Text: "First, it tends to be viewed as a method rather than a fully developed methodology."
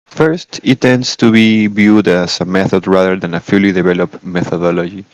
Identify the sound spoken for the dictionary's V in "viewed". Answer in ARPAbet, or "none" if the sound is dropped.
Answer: B